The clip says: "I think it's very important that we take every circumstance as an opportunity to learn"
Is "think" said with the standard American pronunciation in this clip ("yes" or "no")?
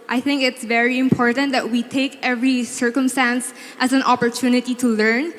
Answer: yes